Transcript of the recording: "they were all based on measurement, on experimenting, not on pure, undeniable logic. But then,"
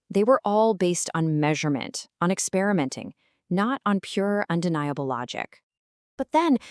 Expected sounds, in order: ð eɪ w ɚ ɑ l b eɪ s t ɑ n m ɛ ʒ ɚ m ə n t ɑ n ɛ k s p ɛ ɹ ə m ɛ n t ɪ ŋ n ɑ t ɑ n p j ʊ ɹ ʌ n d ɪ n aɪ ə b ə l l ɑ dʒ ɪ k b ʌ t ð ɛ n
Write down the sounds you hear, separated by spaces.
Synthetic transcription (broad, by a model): ð eɪ w ɚ ɑ l b eɪ s t n m ɛ ʒ ɚ m ə n t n ɛ k s p ɛ ɹ ə m ɛ n t ɪ ŋ n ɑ t n p j ʊ ɹ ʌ n d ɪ n aɪ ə b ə l l ɑ dʒ ɪ k b ʌ t ð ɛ n